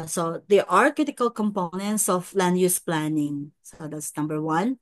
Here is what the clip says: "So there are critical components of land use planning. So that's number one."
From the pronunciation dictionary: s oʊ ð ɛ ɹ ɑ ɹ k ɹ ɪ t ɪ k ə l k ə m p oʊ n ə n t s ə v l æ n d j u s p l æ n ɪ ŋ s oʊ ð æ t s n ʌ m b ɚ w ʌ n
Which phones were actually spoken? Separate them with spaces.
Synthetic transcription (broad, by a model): s oʊ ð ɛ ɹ ɑ ɹ k ɹ ɪ t ɪ k ə l k ə m p oʊ n ə n t s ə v l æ n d j u s p l æ n ɪ ŋ s oʊ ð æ t s n ʌ m b ɚ w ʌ n